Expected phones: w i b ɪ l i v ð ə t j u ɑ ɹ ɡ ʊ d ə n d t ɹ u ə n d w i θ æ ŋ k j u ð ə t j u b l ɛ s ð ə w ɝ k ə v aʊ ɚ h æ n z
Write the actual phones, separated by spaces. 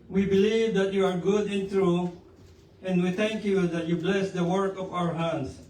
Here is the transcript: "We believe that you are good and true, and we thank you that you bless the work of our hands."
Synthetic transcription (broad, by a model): w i b ɪ l i v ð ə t j u ɑ ɹ ɡ ʊ d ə n t ɹ u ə n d w i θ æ ŋ k j u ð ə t j u b l ɛ s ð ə w ɝ k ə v aʊ ɚ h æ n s